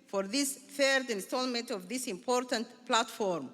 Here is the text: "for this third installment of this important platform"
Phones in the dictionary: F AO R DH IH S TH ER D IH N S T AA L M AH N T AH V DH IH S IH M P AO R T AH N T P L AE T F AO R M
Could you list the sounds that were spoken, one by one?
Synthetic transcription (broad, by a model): F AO R DH IH S TH ER D IH N S T AA L M AH N T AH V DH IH S IH M P AO R T AH N T P L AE T F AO R M